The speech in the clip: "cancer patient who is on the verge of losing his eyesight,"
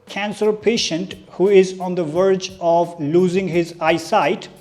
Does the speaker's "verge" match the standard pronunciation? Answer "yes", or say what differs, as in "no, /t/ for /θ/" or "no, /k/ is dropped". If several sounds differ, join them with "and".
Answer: yes